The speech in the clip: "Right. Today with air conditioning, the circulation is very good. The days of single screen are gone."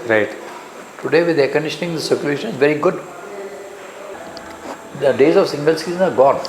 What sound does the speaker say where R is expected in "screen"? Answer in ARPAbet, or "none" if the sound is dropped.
none